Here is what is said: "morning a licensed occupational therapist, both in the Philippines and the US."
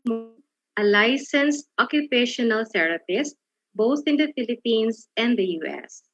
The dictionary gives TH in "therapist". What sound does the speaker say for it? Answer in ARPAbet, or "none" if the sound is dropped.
S